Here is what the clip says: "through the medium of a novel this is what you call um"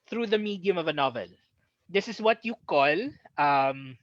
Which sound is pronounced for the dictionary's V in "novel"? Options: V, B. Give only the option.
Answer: V